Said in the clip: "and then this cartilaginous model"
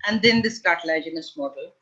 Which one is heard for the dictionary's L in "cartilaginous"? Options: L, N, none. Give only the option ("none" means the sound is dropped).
none